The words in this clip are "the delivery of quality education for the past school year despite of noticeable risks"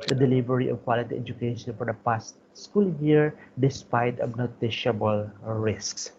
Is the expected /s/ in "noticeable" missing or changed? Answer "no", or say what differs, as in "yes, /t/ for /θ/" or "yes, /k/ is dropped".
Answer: yes, /ʃ/ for /s/